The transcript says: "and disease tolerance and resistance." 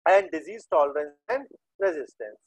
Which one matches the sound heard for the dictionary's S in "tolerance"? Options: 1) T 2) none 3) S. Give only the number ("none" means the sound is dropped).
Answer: 2